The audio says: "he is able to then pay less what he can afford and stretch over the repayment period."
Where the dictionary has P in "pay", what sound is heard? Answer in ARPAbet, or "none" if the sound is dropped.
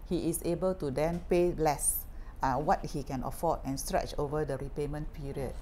P